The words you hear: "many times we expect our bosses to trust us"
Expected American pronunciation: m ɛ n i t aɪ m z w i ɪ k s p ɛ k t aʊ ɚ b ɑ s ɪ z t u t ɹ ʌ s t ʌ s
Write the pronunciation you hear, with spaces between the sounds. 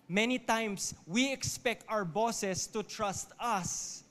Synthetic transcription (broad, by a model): m ɛ n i t aɪ m s w i ɪ k s p ɛ k t aʊ ɚ b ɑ s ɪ s t u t ɹ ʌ s t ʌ s